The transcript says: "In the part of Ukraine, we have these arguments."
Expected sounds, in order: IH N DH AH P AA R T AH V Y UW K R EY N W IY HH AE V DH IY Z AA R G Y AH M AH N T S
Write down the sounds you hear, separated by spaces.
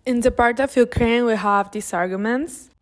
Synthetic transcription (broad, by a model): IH N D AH P AA R T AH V Y UW K R EY N W IY HH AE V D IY S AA R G Y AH M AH N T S